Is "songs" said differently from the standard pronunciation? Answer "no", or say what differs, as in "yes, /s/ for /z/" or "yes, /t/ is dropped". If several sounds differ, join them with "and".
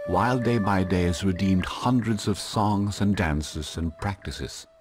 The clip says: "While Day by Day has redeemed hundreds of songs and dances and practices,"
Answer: no